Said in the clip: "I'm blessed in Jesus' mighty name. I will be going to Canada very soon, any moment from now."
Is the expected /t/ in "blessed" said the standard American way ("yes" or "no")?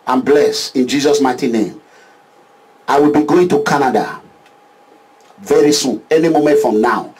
no